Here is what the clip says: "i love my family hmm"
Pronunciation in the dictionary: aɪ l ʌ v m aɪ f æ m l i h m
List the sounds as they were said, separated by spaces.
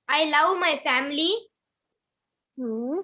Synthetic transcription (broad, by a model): aɪ l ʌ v m aɪ f æ m l i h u